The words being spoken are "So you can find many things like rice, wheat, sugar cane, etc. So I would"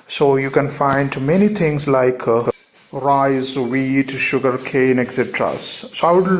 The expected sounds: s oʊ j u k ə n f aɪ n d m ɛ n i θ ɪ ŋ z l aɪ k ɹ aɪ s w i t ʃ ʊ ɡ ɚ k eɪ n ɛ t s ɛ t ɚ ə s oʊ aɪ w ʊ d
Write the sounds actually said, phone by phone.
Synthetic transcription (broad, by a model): s oʊ j u k ə n f aɪ n d m ɛ n i t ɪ ŋ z l aɪ k ɹ aɪ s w i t ʃ ʊ ɡ ɚ k eɪ n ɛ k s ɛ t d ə s oʊ aɪ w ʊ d